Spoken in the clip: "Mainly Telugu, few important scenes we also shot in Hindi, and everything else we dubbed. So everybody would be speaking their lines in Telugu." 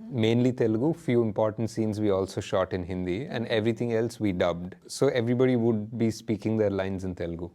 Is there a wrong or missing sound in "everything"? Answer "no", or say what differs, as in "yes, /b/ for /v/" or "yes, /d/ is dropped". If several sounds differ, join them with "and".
yes, /t/ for /θ/